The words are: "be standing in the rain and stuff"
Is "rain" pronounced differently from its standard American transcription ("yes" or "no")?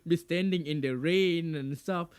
no